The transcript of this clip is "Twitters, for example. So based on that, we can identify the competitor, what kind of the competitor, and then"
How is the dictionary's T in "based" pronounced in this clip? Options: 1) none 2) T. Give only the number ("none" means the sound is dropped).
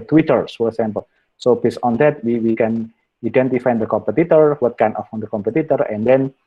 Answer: 1